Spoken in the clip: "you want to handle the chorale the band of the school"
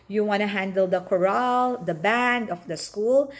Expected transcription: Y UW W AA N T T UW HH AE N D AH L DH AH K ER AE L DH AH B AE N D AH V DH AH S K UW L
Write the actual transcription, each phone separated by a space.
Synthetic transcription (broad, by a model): Y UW W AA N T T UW HH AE N D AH L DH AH K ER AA L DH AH B AE N D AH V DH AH S K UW L